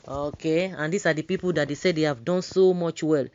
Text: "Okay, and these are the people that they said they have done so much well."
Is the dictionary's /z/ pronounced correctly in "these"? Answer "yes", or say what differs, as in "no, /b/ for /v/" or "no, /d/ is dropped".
no, /s/ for /z/